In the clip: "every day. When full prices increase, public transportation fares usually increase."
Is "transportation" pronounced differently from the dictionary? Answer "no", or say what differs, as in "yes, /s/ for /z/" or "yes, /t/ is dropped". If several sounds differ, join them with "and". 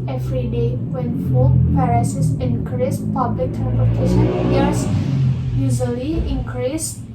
yes, /s/ is dropped